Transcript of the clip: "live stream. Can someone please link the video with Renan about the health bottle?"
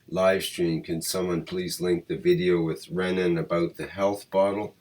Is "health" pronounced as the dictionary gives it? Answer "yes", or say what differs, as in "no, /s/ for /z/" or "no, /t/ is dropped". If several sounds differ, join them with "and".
yes